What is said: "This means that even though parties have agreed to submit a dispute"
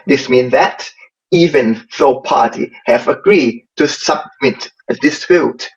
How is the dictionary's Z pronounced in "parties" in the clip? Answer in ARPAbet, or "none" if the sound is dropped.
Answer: none